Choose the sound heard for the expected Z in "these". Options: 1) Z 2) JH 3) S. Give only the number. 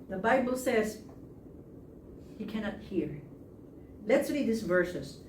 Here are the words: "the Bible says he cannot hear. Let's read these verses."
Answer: 3